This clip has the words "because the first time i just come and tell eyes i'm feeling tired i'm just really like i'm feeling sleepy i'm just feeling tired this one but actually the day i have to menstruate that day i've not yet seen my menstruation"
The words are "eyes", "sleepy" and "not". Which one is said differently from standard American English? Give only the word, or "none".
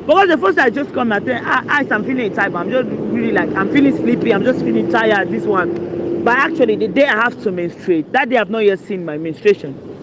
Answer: eyes